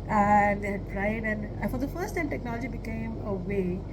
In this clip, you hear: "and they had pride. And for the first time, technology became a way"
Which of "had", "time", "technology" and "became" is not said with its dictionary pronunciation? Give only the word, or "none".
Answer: none